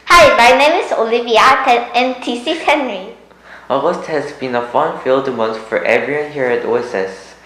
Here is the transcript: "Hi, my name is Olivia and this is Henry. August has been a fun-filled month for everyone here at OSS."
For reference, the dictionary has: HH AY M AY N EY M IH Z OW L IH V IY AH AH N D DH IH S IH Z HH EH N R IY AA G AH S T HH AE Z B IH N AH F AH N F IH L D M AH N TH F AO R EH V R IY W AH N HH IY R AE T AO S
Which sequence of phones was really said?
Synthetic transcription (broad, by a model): HH AY M AY N EY M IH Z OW L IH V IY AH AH N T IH S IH HH EH N R IY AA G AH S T HH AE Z B IH N AH F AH N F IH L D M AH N S F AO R EH V R IY W AH N HH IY R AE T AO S